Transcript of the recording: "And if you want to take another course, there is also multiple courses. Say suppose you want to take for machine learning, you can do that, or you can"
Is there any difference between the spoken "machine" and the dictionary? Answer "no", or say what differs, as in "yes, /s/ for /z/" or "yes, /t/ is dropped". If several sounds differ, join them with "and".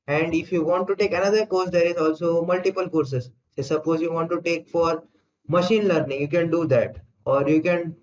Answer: no